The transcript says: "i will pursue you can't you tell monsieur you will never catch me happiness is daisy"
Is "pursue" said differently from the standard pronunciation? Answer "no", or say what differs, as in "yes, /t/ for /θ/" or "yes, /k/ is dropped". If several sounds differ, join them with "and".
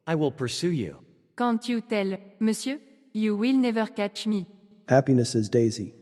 no